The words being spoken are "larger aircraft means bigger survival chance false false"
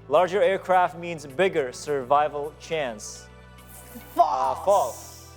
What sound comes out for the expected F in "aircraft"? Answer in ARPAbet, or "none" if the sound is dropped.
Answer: F